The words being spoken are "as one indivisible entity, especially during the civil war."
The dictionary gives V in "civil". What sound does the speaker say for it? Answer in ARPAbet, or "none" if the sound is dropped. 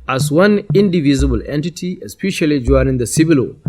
B